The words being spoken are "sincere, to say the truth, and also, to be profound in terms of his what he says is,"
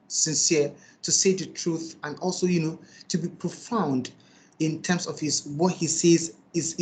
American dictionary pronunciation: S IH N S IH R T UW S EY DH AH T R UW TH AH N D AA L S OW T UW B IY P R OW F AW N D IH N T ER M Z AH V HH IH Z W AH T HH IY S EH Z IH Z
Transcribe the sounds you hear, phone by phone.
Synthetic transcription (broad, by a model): S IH N S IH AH T UW S EY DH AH T R UW TH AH N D AA L S OW T UW B IY P R OW F AW N D IH N T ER M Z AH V HH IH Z W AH T HH IY S EH Z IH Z